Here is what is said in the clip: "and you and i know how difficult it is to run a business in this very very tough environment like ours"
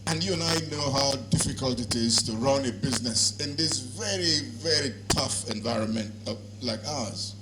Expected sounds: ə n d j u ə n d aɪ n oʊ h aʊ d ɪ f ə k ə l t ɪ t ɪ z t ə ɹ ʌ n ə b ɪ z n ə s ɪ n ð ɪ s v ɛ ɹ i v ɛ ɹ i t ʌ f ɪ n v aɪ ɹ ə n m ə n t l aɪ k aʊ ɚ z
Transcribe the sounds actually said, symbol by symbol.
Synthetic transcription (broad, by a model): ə n j u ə n aɪ n oʊ h aʊ d ɪ f ə k ə l t ɪ t ɪ z t ə ɹ ʌ n ə b ɪ z n ə s ɪ n ð ɪ s v ɛ ɹ i v ɛ ɹ i t ʌ f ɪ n v aɪ ɹ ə n m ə n t l aɪ k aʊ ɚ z